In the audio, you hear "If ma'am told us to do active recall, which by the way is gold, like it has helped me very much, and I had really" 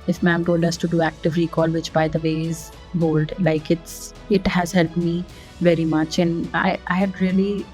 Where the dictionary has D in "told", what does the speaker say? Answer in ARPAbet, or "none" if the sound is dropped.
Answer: D